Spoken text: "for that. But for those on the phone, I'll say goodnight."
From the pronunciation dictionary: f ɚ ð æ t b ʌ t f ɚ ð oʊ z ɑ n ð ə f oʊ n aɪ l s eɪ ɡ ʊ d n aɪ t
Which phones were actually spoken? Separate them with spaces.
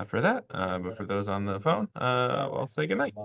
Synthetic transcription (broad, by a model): f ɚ ð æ t b ʌ t f ɚ ð oʊ z n ð ə f oʊ n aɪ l s eɪ ɡ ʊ d n aɪ t